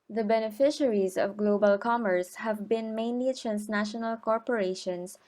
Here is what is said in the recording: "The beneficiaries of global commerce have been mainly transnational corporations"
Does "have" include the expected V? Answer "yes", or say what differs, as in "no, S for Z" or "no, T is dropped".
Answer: yes